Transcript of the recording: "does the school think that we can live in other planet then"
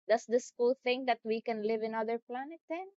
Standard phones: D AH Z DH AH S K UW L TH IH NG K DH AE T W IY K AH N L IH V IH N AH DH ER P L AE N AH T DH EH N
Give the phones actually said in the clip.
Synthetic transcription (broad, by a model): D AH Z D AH S K UW L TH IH NG K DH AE T W IY K AH N L IH V IH N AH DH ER P L AE N AH T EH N